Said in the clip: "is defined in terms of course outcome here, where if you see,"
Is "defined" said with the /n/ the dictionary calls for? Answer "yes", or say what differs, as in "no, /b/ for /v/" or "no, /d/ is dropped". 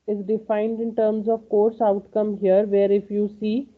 yes